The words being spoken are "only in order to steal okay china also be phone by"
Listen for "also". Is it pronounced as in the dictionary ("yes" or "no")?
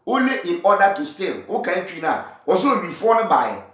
no